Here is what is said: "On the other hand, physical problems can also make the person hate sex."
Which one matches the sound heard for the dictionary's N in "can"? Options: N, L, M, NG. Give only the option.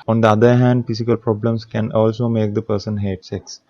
N